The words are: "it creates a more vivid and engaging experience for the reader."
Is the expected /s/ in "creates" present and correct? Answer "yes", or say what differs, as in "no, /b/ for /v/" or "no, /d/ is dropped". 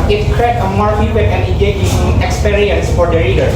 no, /s/ is dropped